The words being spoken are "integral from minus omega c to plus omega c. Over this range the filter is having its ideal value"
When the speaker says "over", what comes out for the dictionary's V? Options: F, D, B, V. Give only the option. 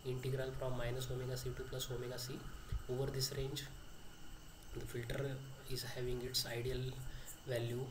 V